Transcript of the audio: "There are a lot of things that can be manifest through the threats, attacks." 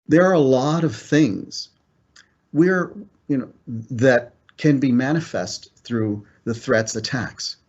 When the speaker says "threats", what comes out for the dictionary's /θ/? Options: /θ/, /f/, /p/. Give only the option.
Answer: /θ/